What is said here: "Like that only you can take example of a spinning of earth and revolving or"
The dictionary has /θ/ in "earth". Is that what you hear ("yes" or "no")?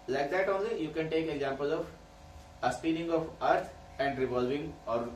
no